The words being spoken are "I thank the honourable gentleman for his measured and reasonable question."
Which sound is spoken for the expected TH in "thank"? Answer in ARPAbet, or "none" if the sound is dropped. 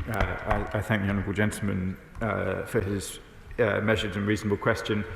TH